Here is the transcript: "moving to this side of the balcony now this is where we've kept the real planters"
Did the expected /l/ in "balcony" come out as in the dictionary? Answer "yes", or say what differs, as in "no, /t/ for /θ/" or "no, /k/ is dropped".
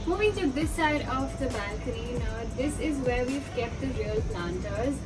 no, /l/ is dropped